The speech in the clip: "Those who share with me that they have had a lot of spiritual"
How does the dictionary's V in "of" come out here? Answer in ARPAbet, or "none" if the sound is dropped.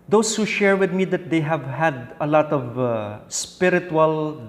V